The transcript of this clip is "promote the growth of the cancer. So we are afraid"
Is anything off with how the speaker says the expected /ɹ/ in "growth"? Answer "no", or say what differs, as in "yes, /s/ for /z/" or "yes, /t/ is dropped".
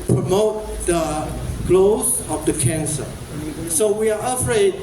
yes, /l/ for /ɹ/